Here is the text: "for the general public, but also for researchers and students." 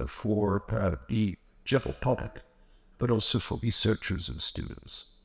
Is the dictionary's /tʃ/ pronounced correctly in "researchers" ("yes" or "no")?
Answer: yes